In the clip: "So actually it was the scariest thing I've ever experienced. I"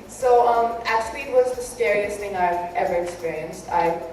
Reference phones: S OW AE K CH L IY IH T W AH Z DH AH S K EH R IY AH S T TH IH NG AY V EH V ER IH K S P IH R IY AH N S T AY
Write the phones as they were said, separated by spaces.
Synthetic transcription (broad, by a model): S OW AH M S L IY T W AH Z DH AH S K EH R IY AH S TH IH NG AY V EH V ER IH K S P IH R IY AH N S T AY